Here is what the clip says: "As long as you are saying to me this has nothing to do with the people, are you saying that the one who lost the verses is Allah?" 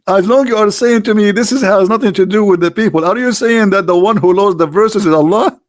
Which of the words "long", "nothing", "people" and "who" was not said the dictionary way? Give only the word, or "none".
none